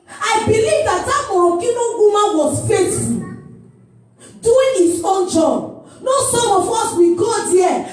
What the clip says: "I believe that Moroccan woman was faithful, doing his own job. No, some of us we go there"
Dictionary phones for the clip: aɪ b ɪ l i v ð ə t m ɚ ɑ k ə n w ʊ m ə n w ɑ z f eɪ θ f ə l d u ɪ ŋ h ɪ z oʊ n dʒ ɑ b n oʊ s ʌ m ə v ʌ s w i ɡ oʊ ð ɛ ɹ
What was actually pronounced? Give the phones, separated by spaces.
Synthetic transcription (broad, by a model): aɪ b ɪ l i v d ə t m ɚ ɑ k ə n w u m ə n w ɑ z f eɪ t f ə n d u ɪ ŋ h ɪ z oʊ n dʒ ɑ b n oʊ s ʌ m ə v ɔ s w i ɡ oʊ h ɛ